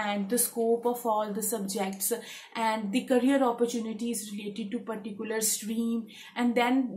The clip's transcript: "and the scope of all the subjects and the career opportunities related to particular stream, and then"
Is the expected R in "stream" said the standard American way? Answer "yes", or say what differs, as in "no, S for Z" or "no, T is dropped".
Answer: yes